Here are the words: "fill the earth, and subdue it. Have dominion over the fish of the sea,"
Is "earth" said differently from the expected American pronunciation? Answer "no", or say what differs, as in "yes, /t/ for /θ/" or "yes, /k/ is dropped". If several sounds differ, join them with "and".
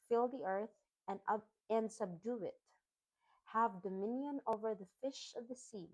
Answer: no